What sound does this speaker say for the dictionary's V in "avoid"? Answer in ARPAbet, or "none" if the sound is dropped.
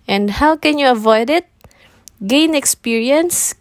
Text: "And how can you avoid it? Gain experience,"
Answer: V